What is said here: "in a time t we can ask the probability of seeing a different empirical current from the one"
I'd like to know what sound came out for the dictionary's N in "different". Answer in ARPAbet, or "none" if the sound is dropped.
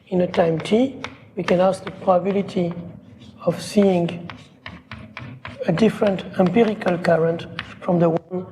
N